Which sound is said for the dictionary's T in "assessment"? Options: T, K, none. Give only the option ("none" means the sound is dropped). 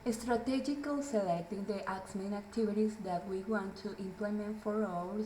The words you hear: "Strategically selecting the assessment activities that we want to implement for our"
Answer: none